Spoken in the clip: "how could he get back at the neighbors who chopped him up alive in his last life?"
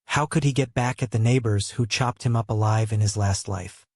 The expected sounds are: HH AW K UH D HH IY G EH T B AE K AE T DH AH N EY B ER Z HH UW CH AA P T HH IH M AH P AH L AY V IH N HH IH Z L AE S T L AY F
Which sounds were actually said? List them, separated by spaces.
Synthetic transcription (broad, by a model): HH AW K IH D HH IY G EH T B AE K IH T DH AH N EY B ER Z HH UW CH AA P T HH IH M AH P AH L AY V IH N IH Z L AE S T L AY F